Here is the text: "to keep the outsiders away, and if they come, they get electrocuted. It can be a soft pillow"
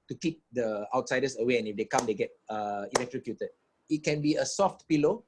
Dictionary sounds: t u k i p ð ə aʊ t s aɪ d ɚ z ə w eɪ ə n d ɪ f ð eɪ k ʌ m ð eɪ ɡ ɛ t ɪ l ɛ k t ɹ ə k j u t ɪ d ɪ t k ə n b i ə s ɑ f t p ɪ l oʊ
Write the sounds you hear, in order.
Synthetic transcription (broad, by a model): t u k i p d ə aʊ t s aɪ d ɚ s ə w eɪ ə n ɪ f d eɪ k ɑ m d eɪ ɡ ɛ t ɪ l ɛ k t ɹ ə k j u t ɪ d ɪ t k ə n b i ə s ɑ f t p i l oʊ